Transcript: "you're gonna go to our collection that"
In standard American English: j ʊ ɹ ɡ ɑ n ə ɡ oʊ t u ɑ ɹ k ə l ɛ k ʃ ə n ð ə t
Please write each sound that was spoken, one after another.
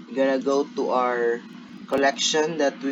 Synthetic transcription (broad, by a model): ɡ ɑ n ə ɡ oʊ t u ɑ ɹ k ə l ɛ k ʃ ə n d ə t